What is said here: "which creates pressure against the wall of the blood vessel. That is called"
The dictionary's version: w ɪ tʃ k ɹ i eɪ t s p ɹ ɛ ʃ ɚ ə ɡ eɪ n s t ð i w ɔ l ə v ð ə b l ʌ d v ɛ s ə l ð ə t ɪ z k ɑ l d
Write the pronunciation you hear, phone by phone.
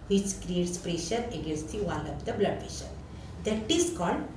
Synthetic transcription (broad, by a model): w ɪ tʃ k ɹ i eɪ t s p ɹ ɛ ʃ ɚ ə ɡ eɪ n s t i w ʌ n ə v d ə b l ʌ d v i ʃ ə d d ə t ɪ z k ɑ l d